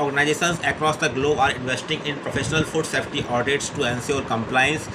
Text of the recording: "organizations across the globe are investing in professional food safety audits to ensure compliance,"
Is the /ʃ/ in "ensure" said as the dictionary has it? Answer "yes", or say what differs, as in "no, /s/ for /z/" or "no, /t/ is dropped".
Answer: no, /s/ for /ʃ/